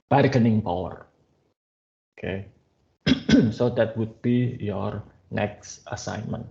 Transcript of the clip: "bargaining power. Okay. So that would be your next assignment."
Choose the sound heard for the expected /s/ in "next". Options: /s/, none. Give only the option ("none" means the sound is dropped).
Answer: /s/